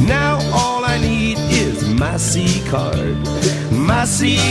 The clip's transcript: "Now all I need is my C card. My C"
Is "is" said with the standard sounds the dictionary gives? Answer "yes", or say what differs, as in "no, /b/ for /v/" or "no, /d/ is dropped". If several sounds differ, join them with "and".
yes